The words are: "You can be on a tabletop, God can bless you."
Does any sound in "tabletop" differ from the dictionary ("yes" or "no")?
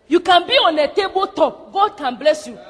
yes